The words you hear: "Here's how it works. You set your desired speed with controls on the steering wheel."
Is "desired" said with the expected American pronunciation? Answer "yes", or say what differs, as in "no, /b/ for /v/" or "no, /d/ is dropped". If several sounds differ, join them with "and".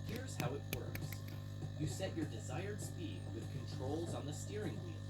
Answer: yes